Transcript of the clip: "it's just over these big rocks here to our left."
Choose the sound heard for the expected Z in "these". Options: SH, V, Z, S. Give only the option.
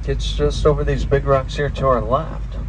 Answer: Z